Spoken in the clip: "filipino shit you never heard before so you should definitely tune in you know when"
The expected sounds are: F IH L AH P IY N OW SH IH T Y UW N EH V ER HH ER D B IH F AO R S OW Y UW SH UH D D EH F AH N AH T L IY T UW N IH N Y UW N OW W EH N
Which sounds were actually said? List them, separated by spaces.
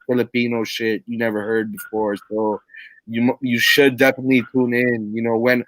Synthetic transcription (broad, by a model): F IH L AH P IY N OW SH IH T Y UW N EH V ER HH ER D B IH F AO R S OW Y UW SH UH D D EH F AH N AH T L IY T UW N IH N Y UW N OW W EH N